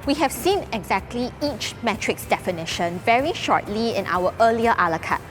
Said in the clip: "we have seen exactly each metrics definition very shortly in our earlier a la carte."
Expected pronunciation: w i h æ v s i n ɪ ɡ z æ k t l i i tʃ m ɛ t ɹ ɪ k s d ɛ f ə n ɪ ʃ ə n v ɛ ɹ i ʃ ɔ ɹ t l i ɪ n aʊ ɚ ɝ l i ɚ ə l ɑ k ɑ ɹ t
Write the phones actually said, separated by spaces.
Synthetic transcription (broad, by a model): w i h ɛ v s i n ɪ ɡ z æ k t l i i tʃ m ɛ t ɹ ɪ k s d ɛ f ə n ɪ ʃ ə n v ɛ ɹ i ʃ ɔ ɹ t l i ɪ n aʊ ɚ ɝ l i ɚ ə l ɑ k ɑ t